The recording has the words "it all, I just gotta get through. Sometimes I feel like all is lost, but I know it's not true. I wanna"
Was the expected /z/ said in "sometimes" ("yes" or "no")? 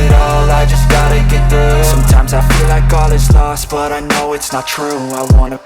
yes